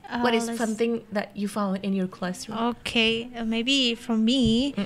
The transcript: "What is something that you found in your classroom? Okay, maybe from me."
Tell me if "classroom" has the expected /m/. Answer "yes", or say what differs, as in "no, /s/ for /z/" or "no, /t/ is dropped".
no, /m/ is dropped